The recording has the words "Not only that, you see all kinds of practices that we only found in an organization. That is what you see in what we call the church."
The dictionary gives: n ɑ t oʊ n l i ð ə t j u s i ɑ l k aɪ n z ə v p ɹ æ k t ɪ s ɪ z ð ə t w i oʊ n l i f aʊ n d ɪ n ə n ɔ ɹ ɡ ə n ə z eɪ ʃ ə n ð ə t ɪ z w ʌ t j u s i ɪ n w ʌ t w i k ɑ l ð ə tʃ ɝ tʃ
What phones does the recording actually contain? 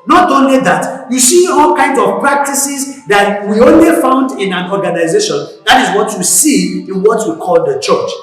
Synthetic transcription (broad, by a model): n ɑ t oʊ n l i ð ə t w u s i ɑ l k aɪ n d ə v p ɹ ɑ k t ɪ s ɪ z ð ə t w i oʊ n l i f aʊ n d ɪ n ə n ɔ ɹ ɡ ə n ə z eɪ ʃ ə n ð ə t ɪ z w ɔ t j u s i ɪ n w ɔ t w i k ɑ l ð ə tʃ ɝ tʃ